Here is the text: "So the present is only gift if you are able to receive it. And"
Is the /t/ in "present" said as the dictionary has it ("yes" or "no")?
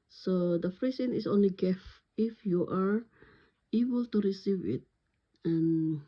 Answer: no